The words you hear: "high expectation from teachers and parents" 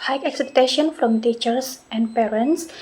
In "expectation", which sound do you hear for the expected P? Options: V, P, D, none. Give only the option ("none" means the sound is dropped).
none